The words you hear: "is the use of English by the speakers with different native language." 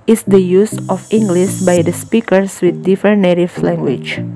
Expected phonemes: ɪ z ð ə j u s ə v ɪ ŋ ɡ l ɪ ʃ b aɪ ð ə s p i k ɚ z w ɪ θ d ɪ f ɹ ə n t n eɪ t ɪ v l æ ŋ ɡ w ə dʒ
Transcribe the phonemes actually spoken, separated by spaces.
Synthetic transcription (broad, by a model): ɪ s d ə j u s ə f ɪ ŋ ɡ l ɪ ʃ b aɪ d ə s p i k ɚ s w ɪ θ d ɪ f ə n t n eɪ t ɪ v l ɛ ŋ ɡ w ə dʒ